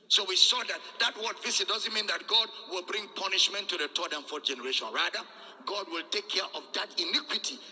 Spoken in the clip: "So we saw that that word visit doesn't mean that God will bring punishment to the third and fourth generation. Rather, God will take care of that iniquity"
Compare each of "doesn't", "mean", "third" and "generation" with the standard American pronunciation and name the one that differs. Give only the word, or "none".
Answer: third